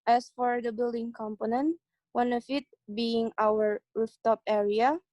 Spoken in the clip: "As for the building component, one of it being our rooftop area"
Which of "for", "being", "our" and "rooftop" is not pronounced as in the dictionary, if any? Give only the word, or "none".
none